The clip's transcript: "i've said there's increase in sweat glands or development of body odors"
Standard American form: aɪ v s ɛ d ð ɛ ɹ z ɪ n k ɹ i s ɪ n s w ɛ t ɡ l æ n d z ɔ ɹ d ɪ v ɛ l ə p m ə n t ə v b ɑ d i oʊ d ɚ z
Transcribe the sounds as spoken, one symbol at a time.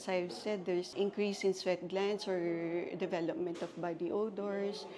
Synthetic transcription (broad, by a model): aɪ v s ɛ d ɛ ɹ s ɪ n k ɹ i s ɪ n s w ɛ t ɡ l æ n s ɔ ɹ d ɪ v ɛ l ə p m ə n t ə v b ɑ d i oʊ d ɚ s